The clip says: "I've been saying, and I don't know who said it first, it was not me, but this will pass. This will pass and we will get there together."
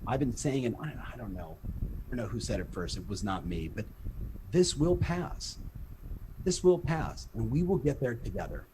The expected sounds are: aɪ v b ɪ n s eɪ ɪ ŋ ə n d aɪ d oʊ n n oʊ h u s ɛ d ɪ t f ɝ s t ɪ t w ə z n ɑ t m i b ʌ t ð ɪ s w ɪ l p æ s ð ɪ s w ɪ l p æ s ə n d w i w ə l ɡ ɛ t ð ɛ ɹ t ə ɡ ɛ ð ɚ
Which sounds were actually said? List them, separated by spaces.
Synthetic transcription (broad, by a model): aɪ v b ɪ n s eɪ ɪ ŋ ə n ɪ aɪ d oʊ n n oʊ h u s ɛ d ɪ t f ɝ s t ɪ t w ə z n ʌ t m i b ʌ t ð ɪ s w ɪ l p æ s ð ɪ s w ɪ l p æ s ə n w i w ə l ɡ ɛ t ð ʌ ɹ t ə ɡ ɛ ð ɚ